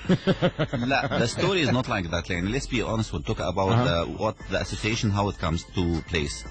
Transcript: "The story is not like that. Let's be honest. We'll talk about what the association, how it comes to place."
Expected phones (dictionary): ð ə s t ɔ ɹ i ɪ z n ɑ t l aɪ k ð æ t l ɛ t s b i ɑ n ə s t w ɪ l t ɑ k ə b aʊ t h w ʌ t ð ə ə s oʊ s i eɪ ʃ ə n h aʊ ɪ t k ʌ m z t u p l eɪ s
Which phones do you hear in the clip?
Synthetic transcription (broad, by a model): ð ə s t ɔ ɹ i ɪ z n ɑ t l aɪ k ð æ t l ɛ t s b i ɑ n ə s t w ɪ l t ɑ k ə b aʊ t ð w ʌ t ð ə ə s oʊ s i eɪ ʃ ə n h aʊ ɪ t k ʌ m z t u p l eɪ s